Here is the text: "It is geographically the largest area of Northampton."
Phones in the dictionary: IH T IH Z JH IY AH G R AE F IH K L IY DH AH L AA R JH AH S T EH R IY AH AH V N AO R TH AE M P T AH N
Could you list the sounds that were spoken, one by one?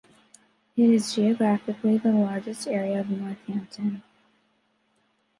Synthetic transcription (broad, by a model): IH T IH Z JH IY AH G R AE F IH K L IY DH AH L AA R JH AH S T EH R IY AH AH V N AO R TH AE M T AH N